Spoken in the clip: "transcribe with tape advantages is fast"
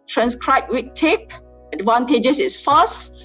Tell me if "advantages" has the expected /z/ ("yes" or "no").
no